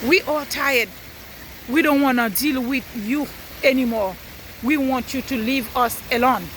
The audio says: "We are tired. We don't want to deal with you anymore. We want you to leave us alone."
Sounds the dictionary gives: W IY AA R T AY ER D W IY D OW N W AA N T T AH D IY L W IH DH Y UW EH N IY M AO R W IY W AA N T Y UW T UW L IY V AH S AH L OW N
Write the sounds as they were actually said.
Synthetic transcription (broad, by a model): W IY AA L T AY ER D W IY D OW N W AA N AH D IY L W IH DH Y UW EH N IY M AO R W IY W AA N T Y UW T UW L IY V AH S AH L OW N